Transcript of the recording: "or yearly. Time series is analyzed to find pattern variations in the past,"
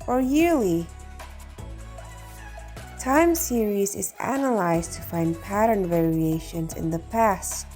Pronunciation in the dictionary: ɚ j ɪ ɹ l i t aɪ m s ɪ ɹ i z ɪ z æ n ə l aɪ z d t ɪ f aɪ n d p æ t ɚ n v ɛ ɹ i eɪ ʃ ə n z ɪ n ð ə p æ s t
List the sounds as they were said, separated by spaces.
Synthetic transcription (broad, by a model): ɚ j ɪ ɹ l i t aɪ m s ɪ ɹ i z ɪ z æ n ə l aɪ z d t ɪ f aɪ n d p æ t ɚ n v ɛ ɹ i eɪ ʃ ə n z ɪ n ð ə p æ s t